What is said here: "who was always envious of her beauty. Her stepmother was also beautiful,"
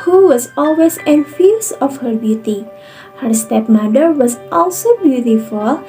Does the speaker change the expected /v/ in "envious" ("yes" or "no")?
yes